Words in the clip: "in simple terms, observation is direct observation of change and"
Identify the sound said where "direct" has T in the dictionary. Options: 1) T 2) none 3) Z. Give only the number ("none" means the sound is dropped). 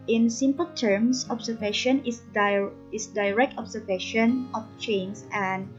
1